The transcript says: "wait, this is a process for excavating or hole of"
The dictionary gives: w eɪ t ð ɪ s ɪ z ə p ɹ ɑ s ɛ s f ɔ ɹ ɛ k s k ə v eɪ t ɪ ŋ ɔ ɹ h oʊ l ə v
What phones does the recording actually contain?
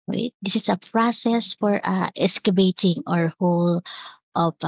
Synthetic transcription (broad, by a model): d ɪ s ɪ s ə p ɹ ɑ s ɛ s f ɔ ɹ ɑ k s k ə b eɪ t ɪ ŋ ɔ ɹ h oʊ l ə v